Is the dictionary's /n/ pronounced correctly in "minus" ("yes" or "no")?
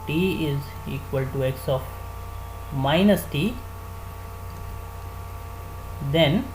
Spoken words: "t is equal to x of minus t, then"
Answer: yes